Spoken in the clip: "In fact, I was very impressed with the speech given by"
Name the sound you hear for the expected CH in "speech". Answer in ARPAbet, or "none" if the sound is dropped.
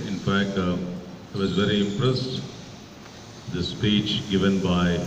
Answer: CH